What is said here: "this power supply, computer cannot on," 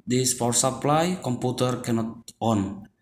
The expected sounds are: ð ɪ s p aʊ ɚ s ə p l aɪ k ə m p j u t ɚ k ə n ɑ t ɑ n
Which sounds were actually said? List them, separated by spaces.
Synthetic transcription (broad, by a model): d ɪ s f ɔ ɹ s ə p l aɪ k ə m p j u t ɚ k ə n ɑ t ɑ n